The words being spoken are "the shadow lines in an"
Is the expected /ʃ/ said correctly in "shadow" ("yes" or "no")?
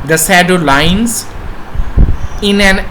no